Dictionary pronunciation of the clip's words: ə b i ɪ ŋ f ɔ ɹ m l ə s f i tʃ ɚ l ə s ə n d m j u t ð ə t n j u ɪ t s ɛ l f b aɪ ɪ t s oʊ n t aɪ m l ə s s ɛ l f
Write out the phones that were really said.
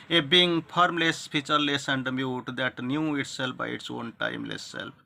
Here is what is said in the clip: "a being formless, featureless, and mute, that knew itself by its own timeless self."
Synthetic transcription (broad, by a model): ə b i ŋ p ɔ ɹ m l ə s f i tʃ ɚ l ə s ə n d m j u t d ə t n j u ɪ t s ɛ l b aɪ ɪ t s oʊ n t aɪ m l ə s s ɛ l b